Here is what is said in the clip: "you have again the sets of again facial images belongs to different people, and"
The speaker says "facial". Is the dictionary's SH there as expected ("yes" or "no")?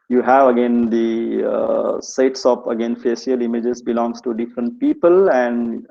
no